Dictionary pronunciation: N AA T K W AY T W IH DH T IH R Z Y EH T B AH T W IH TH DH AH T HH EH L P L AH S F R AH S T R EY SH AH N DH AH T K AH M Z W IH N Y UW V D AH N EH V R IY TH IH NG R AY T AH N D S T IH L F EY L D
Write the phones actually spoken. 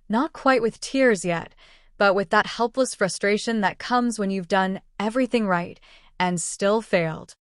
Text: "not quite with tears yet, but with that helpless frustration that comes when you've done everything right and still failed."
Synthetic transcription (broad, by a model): N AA T K W AY T W IH DH T IH R Z Y EH T B AH T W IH DH AH T HH EH L P L AH S F R AH S T R EY SH AH N DH AH T K AH M Z W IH N Y UW V D AH N EH V R IY TH IH NG R AY T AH N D S T IH L F EY L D